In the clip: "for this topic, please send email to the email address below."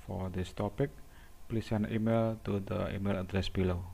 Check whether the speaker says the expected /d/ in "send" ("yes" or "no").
no